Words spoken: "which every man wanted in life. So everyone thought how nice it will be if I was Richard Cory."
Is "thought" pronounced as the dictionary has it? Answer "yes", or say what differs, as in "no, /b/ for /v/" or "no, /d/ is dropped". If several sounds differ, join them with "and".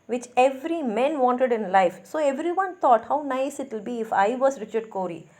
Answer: no, /t/ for /θ/